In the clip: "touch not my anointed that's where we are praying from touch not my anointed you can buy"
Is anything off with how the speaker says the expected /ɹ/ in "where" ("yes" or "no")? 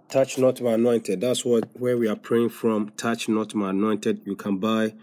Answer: yes